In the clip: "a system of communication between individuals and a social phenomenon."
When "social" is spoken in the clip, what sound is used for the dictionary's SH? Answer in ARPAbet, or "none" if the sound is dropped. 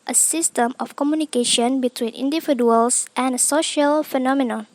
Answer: SH